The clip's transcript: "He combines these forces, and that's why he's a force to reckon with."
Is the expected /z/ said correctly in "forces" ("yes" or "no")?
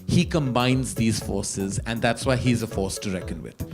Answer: yes